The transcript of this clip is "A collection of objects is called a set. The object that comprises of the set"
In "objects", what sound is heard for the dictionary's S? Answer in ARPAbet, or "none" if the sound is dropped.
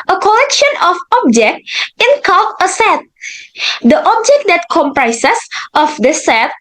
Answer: none